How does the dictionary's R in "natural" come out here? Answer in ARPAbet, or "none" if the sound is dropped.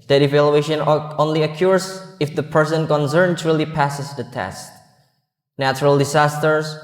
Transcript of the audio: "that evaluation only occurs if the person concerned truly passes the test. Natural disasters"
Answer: R